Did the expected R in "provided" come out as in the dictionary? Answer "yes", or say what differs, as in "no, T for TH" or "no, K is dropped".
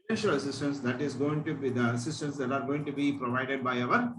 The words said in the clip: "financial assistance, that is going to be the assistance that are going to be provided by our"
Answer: yes